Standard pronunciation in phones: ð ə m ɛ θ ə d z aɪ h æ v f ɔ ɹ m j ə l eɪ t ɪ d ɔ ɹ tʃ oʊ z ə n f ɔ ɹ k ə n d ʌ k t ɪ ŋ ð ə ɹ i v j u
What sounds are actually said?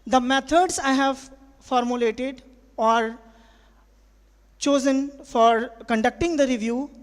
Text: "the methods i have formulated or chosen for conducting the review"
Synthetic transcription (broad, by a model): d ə m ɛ t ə d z aɪ h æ v f ɔ ɹ m j ə l eɪ t ɪ d ɔ ɹ tʃ oʊ z ə n f ɔ ɹ k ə n d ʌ k t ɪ ŋ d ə ɹ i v j u